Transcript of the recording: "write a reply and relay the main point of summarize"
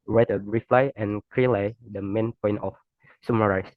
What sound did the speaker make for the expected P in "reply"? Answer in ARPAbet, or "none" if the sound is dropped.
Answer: F